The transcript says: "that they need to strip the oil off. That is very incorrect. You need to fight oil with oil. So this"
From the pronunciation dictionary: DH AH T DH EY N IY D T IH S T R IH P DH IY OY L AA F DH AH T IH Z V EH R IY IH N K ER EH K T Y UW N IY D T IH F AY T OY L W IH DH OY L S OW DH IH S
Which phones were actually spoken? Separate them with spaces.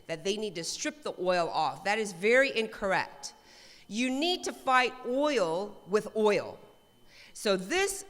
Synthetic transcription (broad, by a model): DH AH T DH EY N IY D T IH S T R IH P DH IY OY L AA F DH AH T IH Z V EH R IY IH N K ER EH K T Y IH N IY D T IH F AY T OY L W IH DH OY L S OW DH IH S